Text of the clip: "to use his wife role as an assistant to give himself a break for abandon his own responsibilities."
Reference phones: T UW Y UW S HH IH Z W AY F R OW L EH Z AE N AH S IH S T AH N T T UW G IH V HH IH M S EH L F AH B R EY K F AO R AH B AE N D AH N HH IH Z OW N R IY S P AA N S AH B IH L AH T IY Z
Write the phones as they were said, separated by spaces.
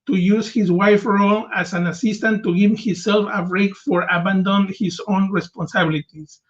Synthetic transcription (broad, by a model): T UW Y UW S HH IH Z W AY F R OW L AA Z AE N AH S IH S T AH N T T UW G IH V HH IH S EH L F AH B R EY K F AO R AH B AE N D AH N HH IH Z OW N R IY S P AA N S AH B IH L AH T IY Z